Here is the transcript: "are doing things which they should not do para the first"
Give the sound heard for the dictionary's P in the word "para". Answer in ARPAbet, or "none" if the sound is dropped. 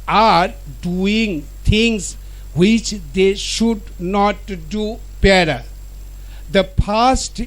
B